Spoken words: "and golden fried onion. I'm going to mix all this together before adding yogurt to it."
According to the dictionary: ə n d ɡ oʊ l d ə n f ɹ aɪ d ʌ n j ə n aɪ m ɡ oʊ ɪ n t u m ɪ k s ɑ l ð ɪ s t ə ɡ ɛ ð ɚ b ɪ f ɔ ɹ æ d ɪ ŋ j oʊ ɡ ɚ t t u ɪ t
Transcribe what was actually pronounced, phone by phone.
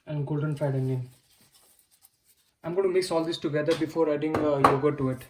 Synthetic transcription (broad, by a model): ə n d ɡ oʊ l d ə n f aɪ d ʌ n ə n aɪ m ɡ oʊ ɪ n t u m ɪ k s ɑ l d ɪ s t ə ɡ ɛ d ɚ b ɪ f ɔ ɹ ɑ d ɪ ŋ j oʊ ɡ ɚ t t u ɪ t